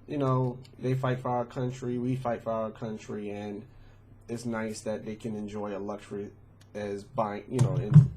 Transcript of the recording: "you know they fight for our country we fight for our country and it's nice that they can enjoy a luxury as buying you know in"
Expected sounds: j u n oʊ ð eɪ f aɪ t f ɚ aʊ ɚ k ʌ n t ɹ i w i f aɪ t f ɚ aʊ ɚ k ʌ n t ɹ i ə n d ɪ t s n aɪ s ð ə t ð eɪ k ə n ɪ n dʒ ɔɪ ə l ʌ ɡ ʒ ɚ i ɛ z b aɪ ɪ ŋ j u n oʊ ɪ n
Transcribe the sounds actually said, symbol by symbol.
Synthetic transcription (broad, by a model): j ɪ n oʊ ð eɪ f aɪ t f ɚ aʊ ɚ k ʌ n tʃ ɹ i w i f aɪ t f ɚ aʊ ɚ k ʌ n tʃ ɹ i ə n ɪ t s n aɪ s ð ə t ð eɪ k ə n ɪ n dʒ ɔɪ ə l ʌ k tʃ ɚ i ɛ z b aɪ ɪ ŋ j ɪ n oʊ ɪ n